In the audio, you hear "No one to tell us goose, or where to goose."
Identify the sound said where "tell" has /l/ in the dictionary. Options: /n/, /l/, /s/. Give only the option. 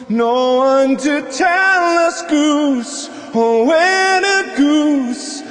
/l/